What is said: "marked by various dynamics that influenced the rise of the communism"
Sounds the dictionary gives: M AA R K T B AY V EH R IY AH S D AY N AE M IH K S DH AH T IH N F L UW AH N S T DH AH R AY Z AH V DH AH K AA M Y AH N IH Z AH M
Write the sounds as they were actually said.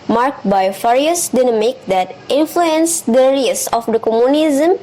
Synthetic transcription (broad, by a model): M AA R K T B AY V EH R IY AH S D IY N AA M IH K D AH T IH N F L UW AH N S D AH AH R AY S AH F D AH K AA M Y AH N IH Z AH M